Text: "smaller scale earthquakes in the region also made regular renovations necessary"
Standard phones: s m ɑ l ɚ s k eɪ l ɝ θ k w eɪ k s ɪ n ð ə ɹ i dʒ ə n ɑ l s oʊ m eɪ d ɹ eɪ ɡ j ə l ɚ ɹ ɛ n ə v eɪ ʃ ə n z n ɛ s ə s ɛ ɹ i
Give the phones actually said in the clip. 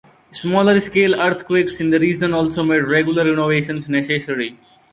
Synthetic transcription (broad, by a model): s m ɑ l ɚ s k eɪ l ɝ t k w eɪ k s ɪ n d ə ɹ i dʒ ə n ɑ l s oʊ m eɪ d ɹ eɪ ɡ j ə l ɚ ɹ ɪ n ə v eɪ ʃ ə n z n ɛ s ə s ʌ ɹ i